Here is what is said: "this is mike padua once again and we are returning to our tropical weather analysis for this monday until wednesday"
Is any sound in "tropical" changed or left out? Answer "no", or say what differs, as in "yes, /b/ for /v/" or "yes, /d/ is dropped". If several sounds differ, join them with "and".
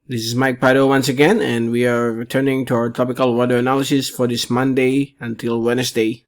yes, /ɹ/ is dropped